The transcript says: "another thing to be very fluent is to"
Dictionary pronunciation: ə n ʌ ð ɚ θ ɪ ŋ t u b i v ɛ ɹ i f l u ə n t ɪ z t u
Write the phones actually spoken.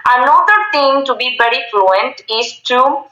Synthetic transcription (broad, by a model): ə n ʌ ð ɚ t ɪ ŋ t u b i v ɛ ɹ i f l u ə n t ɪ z t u